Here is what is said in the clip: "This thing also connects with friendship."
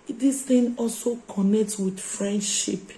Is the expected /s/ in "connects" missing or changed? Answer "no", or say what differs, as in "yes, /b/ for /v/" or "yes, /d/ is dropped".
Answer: yes, /s/ is dropped